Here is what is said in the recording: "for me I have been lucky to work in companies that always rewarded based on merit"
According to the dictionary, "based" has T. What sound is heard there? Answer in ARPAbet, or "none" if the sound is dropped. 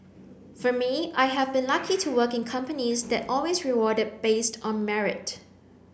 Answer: T